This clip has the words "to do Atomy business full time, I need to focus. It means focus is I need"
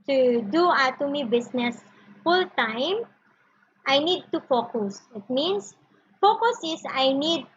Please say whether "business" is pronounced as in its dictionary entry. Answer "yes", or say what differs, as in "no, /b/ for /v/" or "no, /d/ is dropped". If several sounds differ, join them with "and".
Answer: no, /s/ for /z/